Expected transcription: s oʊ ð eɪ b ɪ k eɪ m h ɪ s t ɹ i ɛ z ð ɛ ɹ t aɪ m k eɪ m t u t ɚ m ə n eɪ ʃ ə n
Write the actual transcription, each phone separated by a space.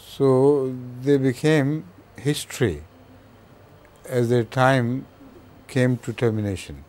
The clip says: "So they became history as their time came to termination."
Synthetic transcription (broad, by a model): s oʊ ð eɪ b ɪ k eɪ m h ɪ s t ɹ i ɛ z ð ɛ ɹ t aɪ m k eɪ m t u t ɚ m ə n eɪ ʃ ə n